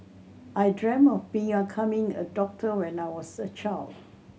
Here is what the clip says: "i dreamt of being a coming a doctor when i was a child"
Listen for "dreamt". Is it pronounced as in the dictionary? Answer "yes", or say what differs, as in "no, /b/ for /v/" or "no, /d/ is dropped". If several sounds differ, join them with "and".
no, /t/ is dropped